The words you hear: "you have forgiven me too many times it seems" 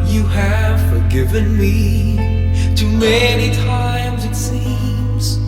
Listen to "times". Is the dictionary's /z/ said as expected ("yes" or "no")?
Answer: yes